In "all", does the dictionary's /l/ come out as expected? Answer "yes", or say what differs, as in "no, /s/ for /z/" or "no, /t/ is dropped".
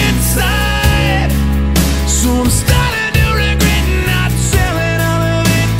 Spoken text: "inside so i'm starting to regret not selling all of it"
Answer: no, /n/ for /l/